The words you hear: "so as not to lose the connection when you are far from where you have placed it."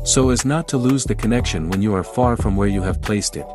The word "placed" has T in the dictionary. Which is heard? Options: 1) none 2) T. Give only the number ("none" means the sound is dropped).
2